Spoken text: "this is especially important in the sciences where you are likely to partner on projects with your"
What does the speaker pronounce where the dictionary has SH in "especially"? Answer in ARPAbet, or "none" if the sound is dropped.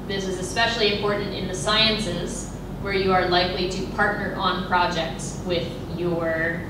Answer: SH